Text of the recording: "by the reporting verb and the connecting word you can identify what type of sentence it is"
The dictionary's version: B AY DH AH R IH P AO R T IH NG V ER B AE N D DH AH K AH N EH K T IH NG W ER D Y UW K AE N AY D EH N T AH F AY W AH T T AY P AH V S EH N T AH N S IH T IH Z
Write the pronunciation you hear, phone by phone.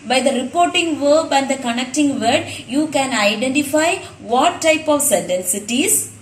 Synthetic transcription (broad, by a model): B AY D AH R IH P AO R T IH NG V ER B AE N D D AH K AH N EH K T IH NG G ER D Y UW K AE N AY D EH N T AH F AY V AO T T AY P AH V S EH N T AH N S IH T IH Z